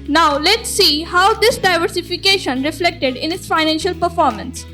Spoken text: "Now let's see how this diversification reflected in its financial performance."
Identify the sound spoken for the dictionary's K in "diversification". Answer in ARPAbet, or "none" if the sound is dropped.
K